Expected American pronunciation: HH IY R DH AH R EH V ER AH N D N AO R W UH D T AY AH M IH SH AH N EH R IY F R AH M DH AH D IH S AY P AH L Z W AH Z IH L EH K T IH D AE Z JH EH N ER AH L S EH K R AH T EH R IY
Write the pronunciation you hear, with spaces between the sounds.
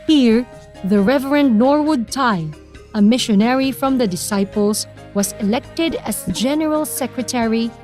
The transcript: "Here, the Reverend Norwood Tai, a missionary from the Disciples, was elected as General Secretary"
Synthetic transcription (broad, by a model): HH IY R DH AH R EH V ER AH N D N AO R W UH D T AY AH M IH SH AH N EH R IY F R AH M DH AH D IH S AY P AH L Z W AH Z IH L EH K T IH D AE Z JH EH N ER AH L S EH K R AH T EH R IY